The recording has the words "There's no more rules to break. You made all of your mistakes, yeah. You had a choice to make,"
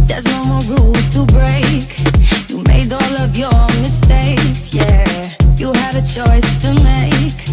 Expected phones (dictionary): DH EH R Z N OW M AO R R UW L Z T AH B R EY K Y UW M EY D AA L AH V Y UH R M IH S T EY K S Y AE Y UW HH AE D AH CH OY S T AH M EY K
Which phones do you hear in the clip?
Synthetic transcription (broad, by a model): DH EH R Z N OW M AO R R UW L T AH B R EY K Y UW M EY D AA L AH V Y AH R M IH S T EY K S Y AE Y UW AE D AH CH OY S T AH M EY K